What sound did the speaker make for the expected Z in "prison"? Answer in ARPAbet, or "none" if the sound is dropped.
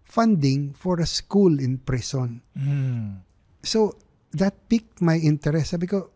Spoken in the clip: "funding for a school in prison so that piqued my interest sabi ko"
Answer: S